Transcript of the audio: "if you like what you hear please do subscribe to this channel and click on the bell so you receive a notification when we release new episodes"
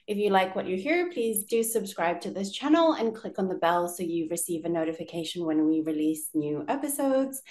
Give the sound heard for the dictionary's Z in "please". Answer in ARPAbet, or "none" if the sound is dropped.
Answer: Z